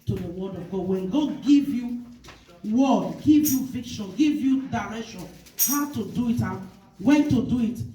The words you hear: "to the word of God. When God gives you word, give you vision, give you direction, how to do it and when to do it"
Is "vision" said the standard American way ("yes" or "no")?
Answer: no